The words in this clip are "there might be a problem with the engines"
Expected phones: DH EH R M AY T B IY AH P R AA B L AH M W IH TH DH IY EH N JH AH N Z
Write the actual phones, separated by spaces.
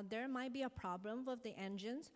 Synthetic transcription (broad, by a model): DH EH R M AY T B IY AH P R AA B L AH M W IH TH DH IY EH N JH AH N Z